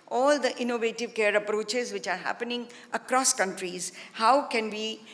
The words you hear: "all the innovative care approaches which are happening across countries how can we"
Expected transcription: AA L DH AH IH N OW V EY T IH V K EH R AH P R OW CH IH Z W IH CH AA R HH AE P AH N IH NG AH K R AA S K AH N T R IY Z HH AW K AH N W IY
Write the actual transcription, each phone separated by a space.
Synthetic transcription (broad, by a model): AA L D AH IH N OW V EY T IH V K EH R AH P R OW CH IH Z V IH CH AA R HH AE P AH N IH NG AH K R AA S K AH N T R IY Z HH AW K AH N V IY